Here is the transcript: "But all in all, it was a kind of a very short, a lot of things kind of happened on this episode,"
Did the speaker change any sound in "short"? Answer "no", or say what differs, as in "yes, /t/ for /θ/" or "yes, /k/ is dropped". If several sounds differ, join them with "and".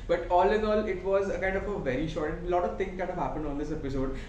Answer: no